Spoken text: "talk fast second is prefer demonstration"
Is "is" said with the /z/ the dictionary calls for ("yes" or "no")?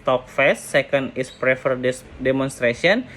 no